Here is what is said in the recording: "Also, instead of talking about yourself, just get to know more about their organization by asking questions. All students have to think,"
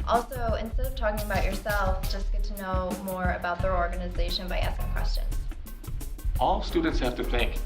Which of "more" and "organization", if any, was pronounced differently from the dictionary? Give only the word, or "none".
none